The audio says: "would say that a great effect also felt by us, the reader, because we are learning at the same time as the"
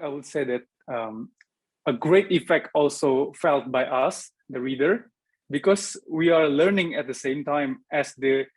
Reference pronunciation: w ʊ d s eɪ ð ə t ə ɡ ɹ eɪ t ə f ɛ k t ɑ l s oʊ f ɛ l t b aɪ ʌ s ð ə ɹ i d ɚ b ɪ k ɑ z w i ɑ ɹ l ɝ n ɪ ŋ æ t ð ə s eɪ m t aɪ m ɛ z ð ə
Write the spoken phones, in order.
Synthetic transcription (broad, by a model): w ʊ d s eɪ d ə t ə ɡ ɹ eɪ t ə f ɛ k t ɑ l s oʊ f ɛ l t b aɪ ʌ s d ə ɹ i d ɚ b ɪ k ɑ s w i ɑ ɹ l ɝ n ɪ ŋ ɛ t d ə s eɪ m t aɪ m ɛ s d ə